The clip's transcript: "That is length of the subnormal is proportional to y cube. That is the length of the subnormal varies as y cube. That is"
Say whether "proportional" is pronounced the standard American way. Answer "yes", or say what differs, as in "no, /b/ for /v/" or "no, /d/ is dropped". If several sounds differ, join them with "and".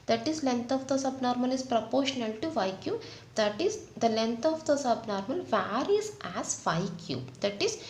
yes